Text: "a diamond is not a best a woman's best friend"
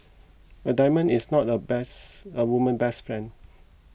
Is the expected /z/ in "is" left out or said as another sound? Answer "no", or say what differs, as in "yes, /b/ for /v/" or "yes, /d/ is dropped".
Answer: yes, /s/ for /z/